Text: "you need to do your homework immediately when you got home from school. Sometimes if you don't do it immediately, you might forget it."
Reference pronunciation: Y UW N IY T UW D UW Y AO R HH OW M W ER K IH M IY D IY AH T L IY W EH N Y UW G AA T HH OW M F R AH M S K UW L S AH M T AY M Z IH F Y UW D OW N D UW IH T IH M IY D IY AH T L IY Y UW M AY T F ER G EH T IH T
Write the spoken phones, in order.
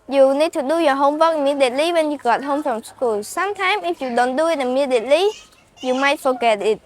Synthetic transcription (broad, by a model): Y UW N IY T UW D UW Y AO HH OW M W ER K M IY D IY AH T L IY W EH N Y UW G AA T HH OW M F R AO M S K UW L S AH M T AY M IH F Y UW D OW N D UW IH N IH M IY D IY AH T L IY Y UW M AY T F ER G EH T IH T